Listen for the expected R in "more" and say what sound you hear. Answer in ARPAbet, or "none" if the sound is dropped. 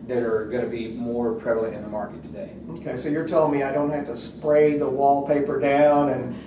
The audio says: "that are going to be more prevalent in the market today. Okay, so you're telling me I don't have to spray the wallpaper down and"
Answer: R